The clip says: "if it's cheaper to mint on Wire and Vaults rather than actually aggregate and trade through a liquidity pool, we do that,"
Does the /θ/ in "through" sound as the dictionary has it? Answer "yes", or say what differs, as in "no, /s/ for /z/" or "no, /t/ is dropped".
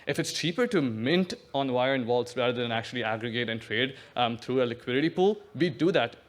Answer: no, /t/ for /θ/